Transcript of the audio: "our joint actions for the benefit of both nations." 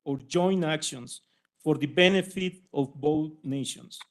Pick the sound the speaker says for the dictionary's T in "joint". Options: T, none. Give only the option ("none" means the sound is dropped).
none